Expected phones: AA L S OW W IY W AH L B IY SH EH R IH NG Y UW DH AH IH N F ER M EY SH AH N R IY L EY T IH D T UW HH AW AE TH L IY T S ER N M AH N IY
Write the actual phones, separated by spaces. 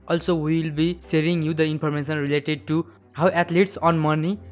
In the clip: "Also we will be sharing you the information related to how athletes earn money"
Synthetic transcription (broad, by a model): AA L S OW W IY W AH L B IY S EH R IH NG Y UW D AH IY N P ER M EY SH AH N R IY L EY T IH D T UW HH AW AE T L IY T S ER N M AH N IY